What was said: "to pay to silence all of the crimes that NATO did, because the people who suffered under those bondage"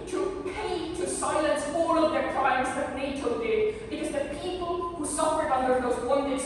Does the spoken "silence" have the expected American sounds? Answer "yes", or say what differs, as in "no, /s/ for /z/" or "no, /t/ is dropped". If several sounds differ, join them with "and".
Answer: yes